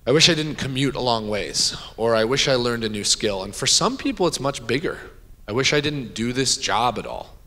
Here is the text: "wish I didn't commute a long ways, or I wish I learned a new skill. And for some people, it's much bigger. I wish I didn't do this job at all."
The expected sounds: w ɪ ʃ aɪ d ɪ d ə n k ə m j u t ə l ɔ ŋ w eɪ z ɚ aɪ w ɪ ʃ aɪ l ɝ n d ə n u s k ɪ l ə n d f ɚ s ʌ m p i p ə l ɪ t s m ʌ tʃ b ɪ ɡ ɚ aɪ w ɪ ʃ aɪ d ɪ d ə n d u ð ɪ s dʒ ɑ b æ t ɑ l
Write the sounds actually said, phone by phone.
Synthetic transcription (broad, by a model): w ɪ ʃ aɪ d ɪ d n k ə m j u t ə l ɔ ŋ w eɪ z ɚ aɪ w ɪ ʃ aɪ l ɝ n d ə n u s k ɪ l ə n f ɚ s ʌ m p i p l ɪ t s m ʌ tʃ b ɪ ɡ ɚ aɪ w ɪ ʃ aɪ d ɪ d n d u ð ɪ s dʒ ɑ b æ t ɑ l